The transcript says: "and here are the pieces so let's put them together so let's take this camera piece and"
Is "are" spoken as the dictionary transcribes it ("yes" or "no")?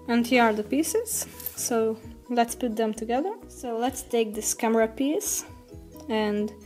yes